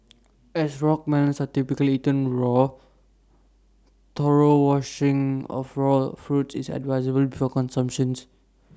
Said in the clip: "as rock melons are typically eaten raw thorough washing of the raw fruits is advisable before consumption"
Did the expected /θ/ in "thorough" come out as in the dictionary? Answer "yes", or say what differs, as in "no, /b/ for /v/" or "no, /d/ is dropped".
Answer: no, /t/ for /θ/